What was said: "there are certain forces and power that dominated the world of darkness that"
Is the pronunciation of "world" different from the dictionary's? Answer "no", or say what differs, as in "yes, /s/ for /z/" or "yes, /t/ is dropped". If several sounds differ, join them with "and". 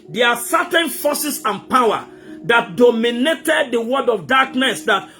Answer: yes, /l/ is dropped